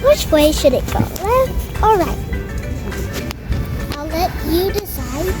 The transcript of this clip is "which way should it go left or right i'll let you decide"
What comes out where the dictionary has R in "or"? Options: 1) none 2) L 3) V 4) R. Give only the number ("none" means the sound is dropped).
2